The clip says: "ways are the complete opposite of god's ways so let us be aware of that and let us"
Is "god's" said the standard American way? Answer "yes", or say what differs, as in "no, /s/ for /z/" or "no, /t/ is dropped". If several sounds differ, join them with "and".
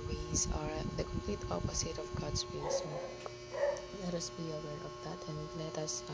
no, /s/ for /z/